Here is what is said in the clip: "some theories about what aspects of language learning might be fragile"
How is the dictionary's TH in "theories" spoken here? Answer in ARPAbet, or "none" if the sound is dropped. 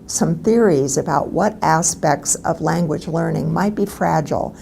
TH